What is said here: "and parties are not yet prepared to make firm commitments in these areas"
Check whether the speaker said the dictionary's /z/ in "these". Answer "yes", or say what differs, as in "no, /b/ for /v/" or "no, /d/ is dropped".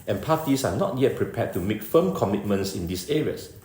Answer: no, /s/ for /z/